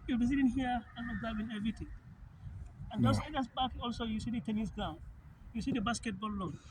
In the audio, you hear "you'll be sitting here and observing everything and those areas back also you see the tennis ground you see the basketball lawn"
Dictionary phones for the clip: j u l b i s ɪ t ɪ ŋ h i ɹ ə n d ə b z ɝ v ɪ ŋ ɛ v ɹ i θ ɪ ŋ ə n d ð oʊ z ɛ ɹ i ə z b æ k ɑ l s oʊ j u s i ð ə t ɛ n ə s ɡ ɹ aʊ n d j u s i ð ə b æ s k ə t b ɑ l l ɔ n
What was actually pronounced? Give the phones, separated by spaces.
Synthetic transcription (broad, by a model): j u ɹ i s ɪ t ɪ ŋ h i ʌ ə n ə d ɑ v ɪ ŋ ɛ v ɹ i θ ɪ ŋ ə n d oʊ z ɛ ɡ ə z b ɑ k ɑ l s oʊ j u s i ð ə t ɛ n ə s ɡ aʊ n j u s i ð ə b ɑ s k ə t b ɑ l l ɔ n